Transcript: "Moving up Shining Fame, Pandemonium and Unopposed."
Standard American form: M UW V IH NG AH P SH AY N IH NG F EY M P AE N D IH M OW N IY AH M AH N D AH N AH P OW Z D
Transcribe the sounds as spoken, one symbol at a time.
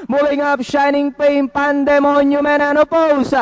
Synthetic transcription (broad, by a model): M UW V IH NG AH P SH AY N IH NG P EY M P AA N D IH M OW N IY M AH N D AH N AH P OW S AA